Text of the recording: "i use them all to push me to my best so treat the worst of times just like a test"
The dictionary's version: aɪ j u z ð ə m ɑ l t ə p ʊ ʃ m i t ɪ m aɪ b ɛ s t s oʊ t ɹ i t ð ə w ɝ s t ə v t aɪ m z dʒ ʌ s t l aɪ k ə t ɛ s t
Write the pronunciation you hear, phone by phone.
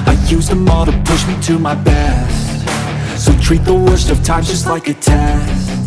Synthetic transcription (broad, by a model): aɪ j u z ð ə m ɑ t ə p ʊ ʃ m i t ɪ m aɪ b ɛ s t s oʊ t ɹ i t ð ə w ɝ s t ə v t aɪ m dʒ ʌ s t l aɪ k ə t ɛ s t